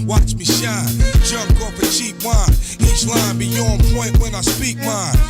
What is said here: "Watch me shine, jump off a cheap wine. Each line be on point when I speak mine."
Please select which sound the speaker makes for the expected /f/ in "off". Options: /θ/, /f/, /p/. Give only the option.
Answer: /p/